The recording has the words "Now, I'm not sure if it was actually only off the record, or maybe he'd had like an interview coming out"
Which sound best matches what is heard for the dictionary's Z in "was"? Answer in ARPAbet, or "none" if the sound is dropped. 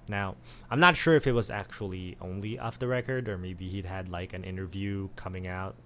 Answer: Z